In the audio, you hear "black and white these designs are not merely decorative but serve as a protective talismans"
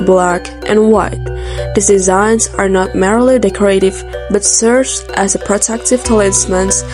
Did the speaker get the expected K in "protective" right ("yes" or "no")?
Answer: yes